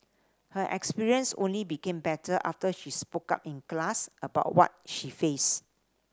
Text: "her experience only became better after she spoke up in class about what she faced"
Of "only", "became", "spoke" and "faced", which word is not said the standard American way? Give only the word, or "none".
faced